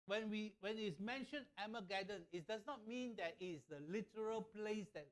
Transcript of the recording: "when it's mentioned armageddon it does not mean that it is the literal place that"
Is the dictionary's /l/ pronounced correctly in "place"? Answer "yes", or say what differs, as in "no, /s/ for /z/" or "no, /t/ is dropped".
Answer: yes